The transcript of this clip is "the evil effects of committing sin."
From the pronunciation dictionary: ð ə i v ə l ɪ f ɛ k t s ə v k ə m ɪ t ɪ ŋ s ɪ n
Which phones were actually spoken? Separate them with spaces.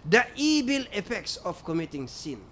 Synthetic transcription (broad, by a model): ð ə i b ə l ɪ f ɛ k t s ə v k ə m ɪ t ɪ ŋ s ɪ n